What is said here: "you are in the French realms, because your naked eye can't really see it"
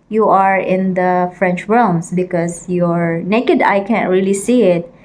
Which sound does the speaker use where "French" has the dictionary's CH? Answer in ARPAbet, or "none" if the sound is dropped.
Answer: CH